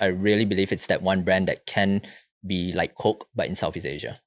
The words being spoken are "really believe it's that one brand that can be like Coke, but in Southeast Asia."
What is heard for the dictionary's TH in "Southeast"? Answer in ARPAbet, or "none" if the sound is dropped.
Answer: F